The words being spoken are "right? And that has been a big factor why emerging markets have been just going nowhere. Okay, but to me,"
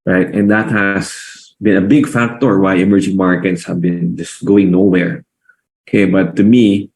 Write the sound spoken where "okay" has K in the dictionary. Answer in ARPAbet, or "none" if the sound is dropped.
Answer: K